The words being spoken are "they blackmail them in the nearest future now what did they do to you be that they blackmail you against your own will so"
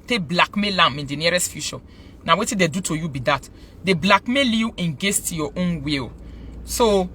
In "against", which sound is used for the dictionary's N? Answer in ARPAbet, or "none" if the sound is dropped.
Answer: none